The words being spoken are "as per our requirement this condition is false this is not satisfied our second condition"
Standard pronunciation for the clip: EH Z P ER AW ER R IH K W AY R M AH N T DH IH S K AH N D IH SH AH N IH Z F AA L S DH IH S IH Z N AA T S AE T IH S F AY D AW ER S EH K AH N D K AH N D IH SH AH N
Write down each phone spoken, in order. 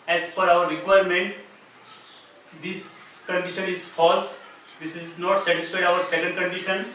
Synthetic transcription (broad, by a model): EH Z F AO AW ER R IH K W AY R M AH N T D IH S K AH N D IH SH AH N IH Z F AA L S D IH S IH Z N AA T S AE T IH S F AY AW ER S EH K AH N D K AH N D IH SH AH N